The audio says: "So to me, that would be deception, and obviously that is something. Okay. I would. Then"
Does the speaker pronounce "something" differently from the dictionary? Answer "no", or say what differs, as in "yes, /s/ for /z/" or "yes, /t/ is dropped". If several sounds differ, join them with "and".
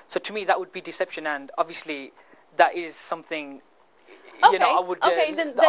no